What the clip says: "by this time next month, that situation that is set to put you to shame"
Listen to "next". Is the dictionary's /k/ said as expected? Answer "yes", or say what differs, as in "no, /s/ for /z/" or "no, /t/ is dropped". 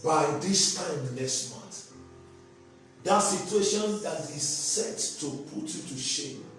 no, /k/ is dropped